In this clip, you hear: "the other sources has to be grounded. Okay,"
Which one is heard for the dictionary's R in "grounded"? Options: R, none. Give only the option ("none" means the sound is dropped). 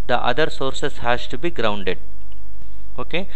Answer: R